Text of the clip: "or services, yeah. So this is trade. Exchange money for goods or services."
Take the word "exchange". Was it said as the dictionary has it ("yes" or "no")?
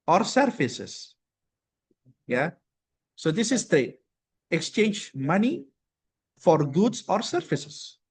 yes